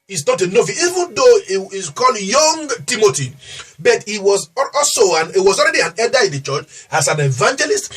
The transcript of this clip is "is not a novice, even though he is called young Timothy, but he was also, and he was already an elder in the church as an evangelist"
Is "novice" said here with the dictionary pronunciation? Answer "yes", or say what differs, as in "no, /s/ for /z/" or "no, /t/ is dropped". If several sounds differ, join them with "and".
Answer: no, /s/ is dropped